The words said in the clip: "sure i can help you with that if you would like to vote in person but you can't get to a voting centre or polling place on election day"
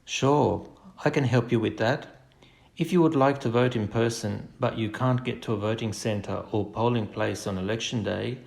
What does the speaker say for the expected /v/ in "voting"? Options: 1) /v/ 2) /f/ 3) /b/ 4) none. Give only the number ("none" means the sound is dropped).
1